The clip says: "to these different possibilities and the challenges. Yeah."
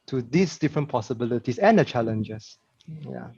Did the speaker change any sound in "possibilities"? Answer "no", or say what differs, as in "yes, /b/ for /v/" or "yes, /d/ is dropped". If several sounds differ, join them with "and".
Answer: yes, /s/ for /z/